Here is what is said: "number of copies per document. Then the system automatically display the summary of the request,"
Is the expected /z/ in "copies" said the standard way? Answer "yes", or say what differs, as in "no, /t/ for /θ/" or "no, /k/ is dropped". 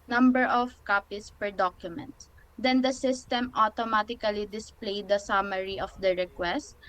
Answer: no, /s/ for /z/